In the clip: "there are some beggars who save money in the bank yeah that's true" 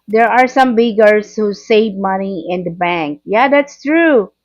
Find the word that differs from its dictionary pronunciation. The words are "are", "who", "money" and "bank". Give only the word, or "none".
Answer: none